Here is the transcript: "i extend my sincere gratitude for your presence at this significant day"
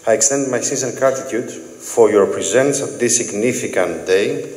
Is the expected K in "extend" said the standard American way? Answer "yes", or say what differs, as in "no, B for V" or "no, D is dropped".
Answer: yes